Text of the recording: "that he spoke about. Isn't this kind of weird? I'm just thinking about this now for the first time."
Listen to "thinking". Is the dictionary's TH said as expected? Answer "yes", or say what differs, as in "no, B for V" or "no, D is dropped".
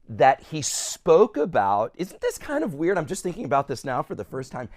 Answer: yes